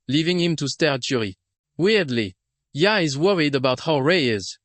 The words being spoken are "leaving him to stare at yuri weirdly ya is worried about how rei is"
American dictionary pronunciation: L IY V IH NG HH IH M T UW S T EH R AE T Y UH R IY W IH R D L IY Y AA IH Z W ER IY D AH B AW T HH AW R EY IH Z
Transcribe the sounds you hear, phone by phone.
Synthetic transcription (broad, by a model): L IY V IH NG HH IH M T UW S T EH R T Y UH R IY W IH R D L IY Y AA IH Z W ER IY D AH B AW T HH AW R EY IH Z